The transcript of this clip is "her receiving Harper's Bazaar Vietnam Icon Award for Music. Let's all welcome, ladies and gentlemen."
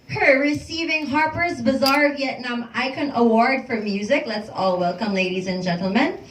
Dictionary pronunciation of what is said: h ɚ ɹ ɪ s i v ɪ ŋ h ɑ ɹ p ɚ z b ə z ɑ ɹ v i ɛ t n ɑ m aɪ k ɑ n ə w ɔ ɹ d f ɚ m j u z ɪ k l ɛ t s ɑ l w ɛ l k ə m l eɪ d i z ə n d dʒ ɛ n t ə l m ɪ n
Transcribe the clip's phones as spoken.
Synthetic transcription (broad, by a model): h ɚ ɹ ɪ s i v ɪ ŋ h ɑ ɹ p ɚ z b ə z ɑ ɹ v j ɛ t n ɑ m aɪ k ɑ n ə w ɔ ɹ d f ɚ m j u z ɪ k l ɛ t s ɑ l w ɛ l k ə m l eɪ d i z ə n dʒ ɛ n t l m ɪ n